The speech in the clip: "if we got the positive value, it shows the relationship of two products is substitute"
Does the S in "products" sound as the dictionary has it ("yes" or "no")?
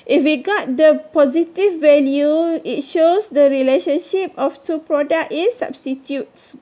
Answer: no